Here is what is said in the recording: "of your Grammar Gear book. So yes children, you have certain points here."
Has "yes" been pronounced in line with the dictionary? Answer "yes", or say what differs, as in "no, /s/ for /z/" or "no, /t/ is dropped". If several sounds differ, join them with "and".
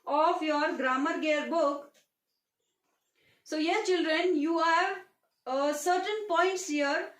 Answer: no, /s/ is dropped